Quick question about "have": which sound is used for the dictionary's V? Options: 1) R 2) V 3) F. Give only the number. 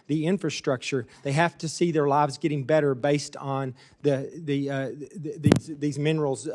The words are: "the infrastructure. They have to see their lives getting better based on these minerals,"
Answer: 3